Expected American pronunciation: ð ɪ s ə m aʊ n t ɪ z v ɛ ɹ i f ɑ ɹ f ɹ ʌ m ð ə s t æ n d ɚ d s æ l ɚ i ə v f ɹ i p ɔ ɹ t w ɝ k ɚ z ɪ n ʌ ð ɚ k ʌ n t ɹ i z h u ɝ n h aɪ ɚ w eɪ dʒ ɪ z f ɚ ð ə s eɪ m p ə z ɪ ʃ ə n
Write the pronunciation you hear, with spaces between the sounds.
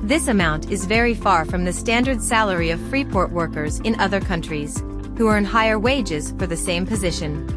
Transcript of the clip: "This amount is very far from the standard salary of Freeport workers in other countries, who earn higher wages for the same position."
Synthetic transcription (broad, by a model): ð ɪ s ə m aʊ n t ɪ z v ɛ ɹ i f ɑ ɹ f ɹ ʌ m ð ə s t æ n d ɚ d s æ l ɚ i ə v f ɹ i p ɔ ɹ t w ɝ k ɚ z ɪ n ʌ ð ɚ k ʌ n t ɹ i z h u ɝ n h aɪ ɚ w eɪ dʒ ɪ z f ɚ ð ə s eɪ m p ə z ɪ ʃ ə n